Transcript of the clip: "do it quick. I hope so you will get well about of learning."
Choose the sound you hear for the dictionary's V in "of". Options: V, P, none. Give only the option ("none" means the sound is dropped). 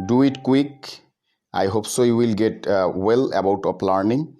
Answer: P